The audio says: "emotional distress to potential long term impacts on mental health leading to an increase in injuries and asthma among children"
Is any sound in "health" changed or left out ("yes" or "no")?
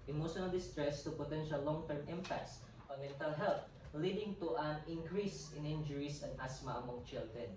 yes